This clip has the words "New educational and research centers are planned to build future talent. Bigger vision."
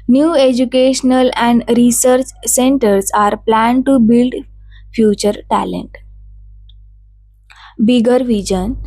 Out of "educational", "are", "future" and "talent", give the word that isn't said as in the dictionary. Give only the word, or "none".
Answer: none